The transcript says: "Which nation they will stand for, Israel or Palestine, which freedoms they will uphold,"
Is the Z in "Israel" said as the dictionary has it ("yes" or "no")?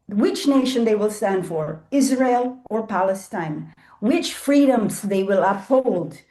yes